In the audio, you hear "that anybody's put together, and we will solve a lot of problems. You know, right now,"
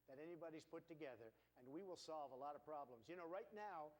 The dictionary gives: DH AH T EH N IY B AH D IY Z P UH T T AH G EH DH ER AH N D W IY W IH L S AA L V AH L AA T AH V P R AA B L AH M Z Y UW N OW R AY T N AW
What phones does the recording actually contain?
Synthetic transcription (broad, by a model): DH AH T EH N IY B AH D IY Z P UH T T AH G EH DH ER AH N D W IY W IH L S AA L V AH L AA T AH V P R AA B L AH M Z Y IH N OW R AY T N AW